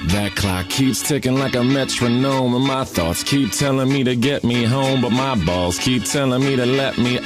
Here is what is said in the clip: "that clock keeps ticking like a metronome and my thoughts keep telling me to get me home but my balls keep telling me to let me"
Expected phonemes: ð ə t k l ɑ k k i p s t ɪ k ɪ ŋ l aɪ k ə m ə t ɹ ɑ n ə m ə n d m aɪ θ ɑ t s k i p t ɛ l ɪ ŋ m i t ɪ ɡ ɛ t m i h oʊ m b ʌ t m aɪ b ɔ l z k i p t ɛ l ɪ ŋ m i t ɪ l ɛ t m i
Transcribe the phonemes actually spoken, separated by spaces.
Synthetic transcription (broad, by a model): ð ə t k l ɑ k k i p s t ɪ k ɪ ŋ l aɪ k ə m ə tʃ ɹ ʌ n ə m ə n m aɪ θ ɑ t s k i p t ɛ l ɪ ŋ m i t ɪ ɡ ɛ t m i h oʊ m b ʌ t m aɪ b ɔ l z k i p t ɛ l ɪ ŋ m i t ɪ l ɛ t m i